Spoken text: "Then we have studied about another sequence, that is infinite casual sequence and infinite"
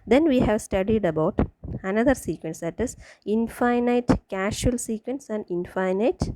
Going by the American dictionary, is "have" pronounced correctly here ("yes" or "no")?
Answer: yes